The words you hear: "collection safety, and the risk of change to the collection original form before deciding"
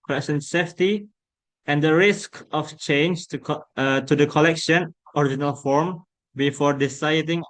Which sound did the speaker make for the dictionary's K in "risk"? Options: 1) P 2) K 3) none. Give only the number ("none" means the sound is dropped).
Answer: 2